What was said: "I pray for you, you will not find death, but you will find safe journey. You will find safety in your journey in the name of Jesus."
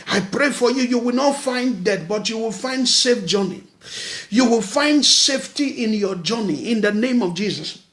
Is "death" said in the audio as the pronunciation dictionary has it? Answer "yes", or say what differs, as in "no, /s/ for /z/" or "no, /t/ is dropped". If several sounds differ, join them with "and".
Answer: no, /t/ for /θ/